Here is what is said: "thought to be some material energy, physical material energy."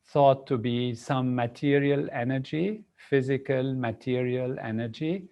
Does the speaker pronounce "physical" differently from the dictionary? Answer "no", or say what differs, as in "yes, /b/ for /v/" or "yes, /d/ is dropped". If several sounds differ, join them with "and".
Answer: no